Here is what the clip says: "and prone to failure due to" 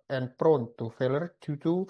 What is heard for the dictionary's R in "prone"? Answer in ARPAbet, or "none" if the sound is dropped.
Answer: R